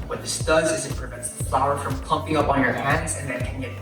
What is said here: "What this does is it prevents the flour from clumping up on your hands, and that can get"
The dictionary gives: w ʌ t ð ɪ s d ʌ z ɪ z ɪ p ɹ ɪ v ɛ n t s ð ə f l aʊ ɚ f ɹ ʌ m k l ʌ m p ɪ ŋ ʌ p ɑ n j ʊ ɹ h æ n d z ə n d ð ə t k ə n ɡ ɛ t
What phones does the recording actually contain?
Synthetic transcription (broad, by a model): w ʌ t ð ɪ s d ʌ z ɪ z ɪ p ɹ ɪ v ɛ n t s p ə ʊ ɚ f ɹ ʌ m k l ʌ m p ɪ ŋ ʌ p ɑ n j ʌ ɹ h æ n d z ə n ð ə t k ə n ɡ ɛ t